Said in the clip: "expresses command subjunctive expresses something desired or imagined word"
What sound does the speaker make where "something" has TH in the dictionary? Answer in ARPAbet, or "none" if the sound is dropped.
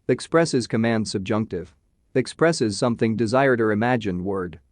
TH